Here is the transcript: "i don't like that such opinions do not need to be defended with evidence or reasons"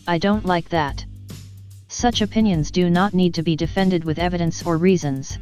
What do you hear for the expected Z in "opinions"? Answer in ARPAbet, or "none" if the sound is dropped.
Z